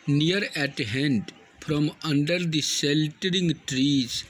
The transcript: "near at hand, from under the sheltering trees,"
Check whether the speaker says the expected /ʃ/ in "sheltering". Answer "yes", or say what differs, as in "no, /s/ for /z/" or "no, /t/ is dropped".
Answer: no, /s/ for /ʃ/